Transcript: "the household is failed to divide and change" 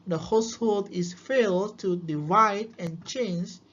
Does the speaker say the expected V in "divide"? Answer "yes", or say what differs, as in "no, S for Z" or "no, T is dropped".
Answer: yes